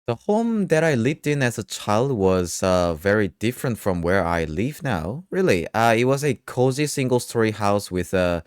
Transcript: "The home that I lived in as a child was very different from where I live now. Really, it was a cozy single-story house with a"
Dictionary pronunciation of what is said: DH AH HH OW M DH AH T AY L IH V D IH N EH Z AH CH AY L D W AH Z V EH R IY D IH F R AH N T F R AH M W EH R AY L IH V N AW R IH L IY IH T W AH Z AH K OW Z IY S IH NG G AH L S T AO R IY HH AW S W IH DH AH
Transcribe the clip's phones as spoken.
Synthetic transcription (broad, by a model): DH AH HH OW M DH AH T AY L IH V D IH N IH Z AH CH AY L D W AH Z V EH R IY D IH F R AH N T F R AH M W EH R AY L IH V N AW R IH L IY IH T W AH Z AH K OW Z IY S IH NG G AH L S T AO R IY HH AW S W IH DH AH